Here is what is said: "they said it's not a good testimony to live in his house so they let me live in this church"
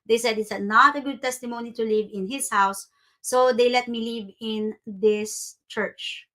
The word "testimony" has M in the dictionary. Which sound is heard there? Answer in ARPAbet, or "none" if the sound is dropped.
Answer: M